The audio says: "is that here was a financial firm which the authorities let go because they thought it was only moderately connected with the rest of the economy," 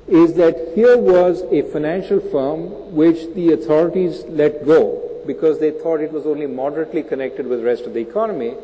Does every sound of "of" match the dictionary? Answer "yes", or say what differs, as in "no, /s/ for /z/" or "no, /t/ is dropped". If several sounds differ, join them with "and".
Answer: yes